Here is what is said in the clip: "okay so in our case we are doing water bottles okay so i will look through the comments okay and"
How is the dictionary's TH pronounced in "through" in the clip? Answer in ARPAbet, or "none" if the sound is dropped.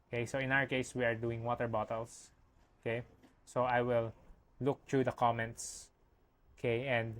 T